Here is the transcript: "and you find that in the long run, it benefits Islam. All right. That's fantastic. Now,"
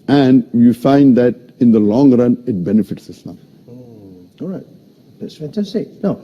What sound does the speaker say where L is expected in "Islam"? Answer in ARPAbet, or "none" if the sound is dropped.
N